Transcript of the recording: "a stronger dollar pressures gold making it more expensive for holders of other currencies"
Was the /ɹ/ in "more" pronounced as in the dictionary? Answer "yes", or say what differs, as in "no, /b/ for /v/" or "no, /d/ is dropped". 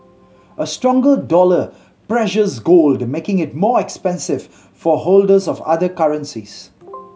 yes